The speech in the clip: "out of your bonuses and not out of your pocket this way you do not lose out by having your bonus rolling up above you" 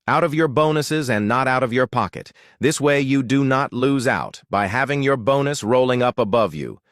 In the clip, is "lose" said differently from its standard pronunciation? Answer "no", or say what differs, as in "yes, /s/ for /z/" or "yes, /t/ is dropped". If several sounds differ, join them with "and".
no